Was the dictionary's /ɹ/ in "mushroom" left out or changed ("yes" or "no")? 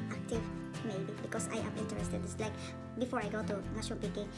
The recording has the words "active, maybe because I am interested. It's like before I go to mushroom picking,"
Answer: yes